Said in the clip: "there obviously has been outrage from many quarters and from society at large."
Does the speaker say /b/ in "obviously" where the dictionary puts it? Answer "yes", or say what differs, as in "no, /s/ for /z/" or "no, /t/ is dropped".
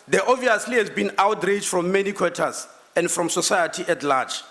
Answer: no, /b/ is dropped